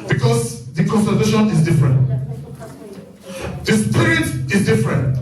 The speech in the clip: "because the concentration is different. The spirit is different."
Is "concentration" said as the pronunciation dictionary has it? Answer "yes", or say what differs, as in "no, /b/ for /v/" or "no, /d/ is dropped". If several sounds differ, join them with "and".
no, /n/ is dropped and /ɹ/ is dropped